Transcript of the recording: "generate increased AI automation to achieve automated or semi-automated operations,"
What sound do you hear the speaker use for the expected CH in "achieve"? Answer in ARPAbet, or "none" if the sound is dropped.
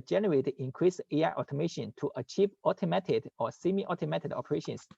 CH